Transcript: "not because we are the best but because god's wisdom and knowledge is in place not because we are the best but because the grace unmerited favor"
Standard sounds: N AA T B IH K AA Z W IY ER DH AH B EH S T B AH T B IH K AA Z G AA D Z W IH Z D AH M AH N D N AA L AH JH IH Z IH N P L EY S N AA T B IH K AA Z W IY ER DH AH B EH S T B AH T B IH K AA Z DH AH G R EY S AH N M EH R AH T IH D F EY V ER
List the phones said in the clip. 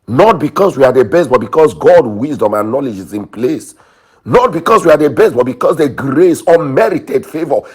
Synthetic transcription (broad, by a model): N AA T B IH K AA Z W IY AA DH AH B EH S T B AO T B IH K AA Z G AA D W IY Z D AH M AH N N AA L AH JH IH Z IH N P L EY S N AA T B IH K AA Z W IY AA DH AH B EH S T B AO T B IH K AA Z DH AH G R EY S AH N M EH R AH T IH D F EY V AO